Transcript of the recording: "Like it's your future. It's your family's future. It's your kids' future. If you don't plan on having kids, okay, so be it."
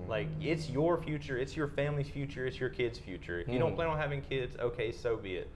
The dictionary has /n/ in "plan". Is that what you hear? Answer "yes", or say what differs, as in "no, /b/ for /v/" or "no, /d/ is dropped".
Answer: no, /n/ is dropped